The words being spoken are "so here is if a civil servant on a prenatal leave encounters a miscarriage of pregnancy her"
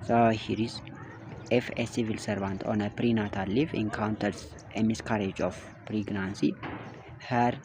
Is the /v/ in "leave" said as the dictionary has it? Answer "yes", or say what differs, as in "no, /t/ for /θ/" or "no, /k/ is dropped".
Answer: no, /f/ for /v/